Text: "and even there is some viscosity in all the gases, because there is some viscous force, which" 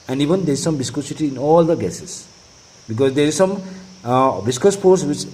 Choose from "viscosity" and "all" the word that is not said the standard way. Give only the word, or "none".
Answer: viscosity